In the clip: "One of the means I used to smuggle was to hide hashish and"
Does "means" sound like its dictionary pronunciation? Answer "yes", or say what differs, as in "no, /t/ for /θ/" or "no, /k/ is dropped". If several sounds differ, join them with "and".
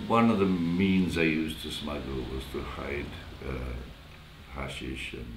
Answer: yes